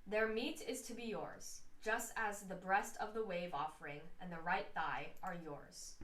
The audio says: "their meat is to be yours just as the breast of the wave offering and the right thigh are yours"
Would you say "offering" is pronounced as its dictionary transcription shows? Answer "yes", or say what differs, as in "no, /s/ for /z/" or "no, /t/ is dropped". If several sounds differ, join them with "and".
yes